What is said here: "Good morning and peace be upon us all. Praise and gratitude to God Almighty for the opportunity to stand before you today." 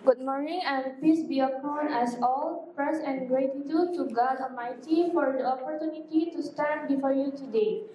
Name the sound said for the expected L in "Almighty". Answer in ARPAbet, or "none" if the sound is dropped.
none